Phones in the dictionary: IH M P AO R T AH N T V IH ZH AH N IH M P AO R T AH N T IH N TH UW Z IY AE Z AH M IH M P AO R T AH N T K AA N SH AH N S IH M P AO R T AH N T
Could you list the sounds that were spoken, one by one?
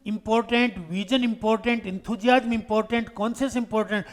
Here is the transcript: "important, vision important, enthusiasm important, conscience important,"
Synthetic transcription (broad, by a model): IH M P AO R T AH N T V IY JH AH N IH M P AO R T AH N T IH N T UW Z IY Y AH M IH M P AO R T AH N T K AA N S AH S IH M P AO R T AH N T